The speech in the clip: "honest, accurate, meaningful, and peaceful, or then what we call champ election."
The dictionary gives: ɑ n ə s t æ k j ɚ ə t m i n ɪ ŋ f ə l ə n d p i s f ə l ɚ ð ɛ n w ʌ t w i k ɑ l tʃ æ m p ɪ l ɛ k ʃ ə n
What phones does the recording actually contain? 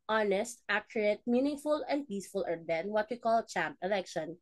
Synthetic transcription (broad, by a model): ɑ n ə s t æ k j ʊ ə t m i n ɪ ŋ f ə l ə n d p i s f ə l ɚ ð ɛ n w ʌ t w i k ɑ l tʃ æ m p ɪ l ɛ k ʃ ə n